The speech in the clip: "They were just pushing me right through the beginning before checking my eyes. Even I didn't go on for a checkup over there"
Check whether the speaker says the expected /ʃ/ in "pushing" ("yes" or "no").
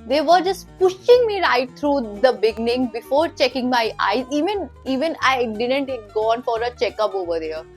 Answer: yes